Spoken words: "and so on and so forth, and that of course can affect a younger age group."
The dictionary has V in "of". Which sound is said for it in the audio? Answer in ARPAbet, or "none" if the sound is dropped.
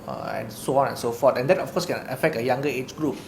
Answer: F